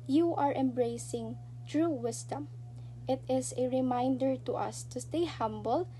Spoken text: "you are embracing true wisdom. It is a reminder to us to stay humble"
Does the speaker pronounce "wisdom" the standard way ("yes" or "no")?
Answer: no